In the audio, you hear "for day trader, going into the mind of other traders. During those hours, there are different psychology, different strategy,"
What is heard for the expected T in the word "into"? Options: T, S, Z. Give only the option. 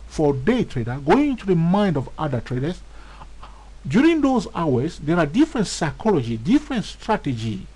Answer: T